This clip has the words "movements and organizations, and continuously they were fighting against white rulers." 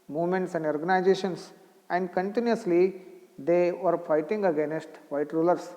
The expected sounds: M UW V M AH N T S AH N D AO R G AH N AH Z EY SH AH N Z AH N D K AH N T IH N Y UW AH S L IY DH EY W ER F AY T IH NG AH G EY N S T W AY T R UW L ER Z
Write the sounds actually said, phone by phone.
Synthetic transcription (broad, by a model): M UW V M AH N T S AH N D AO R G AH N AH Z EY SH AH N S AH N D K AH N T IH N Y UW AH S L IY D EY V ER F AY T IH NG AH G EY N S T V AY T R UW L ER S